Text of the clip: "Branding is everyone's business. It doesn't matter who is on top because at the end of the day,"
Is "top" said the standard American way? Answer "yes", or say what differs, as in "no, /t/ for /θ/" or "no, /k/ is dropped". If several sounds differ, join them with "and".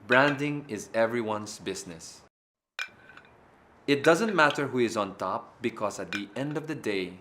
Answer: yes